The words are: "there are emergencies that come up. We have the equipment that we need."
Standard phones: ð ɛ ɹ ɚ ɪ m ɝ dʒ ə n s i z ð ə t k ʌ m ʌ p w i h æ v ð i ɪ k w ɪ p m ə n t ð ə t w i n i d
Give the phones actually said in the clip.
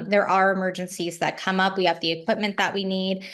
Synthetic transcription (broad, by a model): ð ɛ ɹ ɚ ɪ m ɝ dʒ ə n s i z ð ə t k ʌ m ʌ p w i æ v ð i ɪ k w ɪ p m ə n ð ə t w i n i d